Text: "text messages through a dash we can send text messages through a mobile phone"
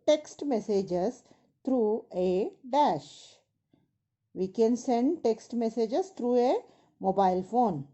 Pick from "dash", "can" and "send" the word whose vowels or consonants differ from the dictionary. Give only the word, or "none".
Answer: none